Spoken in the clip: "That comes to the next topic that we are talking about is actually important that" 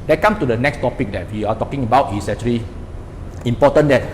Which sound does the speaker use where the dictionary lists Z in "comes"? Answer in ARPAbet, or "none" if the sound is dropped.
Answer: none